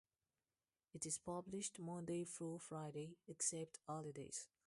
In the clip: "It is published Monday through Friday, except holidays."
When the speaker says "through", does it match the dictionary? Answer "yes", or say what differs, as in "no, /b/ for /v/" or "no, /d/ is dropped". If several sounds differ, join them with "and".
no, /f/ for /θ/